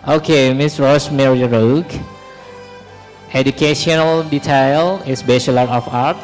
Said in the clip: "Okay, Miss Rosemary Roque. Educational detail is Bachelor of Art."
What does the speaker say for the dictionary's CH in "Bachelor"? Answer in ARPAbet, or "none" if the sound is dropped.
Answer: SH